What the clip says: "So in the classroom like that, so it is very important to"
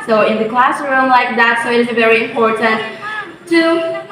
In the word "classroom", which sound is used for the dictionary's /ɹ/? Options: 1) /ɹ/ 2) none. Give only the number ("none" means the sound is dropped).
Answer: 1